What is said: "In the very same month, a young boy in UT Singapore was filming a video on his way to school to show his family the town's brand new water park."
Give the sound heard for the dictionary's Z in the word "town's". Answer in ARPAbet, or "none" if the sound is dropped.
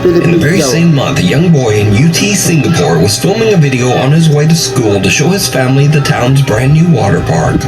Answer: Z